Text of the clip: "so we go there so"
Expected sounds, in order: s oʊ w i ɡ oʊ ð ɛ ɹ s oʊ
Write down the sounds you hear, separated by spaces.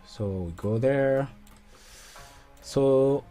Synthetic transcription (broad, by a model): s oʊ w i ɡ oʊ ð ɛ ɹ s oʊ